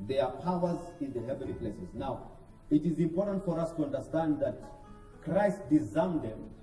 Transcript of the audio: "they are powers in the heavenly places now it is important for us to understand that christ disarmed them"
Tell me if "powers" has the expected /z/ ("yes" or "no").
yes